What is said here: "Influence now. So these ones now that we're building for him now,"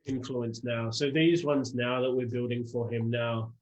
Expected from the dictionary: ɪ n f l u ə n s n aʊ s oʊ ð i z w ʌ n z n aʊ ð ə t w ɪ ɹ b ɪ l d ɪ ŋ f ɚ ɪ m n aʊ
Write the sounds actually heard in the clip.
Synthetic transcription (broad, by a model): ɪ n f l u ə n s n aʊ s oʊ ð i z w ʌ n z n aʊ ð ə t w ɪ ɹ b ɪ l d ɪ ŋ f ɚ ɪ m n aʊ